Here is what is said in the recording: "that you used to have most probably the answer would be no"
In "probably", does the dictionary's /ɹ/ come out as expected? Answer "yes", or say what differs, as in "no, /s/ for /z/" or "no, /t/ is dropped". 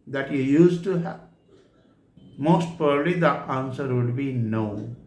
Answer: no, /ɹ/ is dropped